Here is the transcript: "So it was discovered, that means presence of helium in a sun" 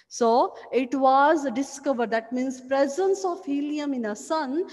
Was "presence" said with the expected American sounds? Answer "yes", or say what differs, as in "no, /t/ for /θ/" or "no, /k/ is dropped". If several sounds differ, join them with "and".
yes